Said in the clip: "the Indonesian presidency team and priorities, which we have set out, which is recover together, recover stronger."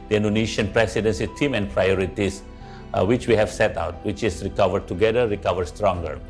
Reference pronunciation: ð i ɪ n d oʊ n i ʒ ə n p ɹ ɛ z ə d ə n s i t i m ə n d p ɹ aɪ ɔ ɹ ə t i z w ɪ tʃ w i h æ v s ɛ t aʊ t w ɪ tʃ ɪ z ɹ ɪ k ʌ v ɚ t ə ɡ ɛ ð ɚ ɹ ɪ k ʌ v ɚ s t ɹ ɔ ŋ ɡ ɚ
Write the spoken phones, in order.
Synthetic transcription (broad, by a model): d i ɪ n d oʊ n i ʃ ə n p ɹ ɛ s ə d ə n s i t i m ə n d p ɹ aɪ ɔ ɹ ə t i s w ɪ tʃ w i h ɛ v s ɛ t aʊ t w ɪ tʃ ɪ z ɹ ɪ k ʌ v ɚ t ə ɡ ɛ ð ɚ ɹ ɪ k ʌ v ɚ s t ɹ ɔ ŋ ɡ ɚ